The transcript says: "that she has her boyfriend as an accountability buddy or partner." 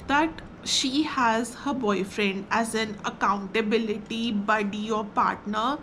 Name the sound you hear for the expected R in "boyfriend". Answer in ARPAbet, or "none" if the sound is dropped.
R